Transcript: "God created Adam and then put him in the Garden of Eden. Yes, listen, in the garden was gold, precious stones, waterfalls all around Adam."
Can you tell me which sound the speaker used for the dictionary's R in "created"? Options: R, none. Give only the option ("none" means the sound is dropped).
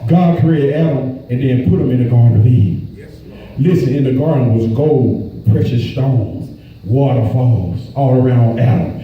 none